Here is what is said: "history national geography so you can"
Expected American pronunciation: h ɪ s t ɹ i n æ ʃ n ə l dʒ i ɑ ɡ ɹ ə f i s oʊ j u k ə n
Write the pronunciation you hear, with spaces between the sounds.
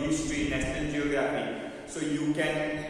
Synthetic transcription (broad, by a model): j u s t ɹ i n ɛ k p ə n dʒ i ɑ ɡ ɹ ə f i s oʊ j u k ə n